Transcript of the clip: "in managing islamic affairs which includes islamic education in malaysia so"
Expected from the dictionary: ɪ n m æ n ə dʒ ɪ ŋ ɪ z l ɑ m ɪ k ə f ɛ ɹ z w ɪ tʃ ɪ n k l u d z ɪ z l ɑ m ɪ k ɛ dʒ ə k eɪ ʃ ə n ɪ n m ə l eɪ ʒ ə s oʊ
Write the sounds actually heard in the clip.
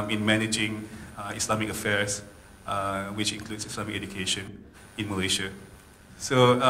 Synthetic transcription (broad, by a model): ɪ n m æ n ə dʒ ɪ ŋ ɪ s l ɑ m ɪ k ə f ɛ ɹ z w ɪ tʃ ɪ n k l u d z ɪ s l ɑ m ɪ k ɛ dʒ ə k eɪ ʃ ə n ɪ n m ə l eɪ ʃ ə s oʊ